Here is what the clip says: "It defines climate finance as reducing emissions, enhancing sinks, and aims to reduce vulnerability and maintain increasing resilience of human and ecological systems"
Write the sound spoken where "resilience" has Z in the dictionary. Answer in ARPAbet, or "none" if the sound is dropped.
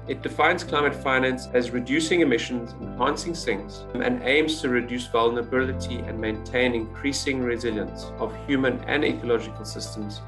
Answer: Z